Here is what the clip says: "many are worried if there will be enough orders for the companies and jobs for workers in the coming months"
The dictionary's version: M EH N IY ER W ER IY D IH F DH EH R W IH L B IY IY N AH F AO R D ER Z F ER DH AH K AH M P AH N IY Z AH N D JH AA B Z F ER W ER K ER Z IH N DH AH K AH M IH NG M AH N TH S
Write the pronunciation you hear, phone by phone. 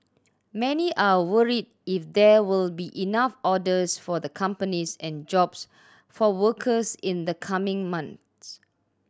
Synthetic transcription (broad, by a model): M EH N IY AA W ER IY D IH F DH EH W IH L B IY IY N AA F AO D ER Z F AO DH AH K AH M P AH N IY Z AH N JH AA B S F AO W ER K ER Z IH N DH AH K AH M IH NG M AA N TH S